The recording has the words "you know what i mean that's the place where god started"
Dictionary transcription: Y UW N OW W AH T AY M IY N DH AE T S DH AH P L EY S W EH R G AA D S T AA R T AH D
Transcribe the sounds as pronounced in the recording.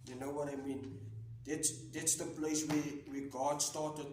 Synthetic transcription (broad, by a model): Y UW N OW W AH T AY M IY N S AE T S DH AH P L EY S W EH W G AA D S T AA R T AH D